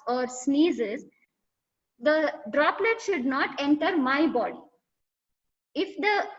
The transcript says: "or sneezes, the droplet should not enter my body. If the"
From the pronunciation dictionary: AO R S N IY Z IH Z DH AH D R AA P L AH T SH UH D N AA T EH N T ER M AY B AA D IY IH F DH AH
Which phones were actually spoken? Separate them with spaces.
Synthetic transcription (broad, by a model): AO R S N IY Z IH Z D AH D R AA P L AH T SH UH D N AA T EH N T ER M AY B AA D IY IH F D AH